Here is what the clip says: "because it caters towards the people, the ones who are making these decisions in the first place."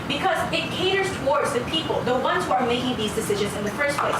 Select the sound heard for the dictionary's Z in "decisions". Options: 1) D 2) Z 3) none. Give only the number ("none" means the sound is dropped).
2